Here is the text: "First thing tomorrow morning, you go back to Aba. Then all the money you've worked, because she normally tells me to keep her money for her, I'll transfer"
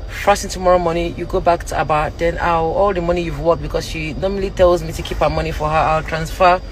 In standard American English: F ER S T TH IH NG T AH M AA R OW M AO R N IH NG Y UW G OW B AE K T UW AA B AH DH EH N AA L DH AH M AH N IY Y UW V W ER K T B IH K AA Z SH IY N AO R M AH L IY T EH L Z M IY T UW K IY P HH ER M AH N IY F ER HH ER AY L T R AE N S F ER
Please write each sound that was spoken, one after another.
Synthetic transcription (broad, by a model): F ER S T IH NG T AH M AA R OW M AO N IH Y UW G OW B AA K T UW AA B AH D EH N AA L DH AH M AH N IY Y UW V W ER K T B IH K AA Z SH IY N AO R M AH L IY T EH L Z M IY T UW K IY P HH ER M AH N IY F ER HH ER AY L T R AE N S F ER